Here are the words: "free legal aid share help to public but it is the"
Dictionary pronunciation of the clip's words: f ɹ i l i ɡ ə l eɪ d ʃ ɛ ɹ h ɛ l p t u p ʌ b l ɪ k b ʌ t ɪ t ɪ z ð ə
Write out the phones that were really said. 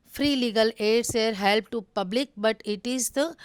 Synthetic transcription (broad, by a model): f ɹ i l i ɡ ə l eɪ d s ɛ ɹ h ɛ l p t u p ʌ b l ɪ k b ʌ t ɪ t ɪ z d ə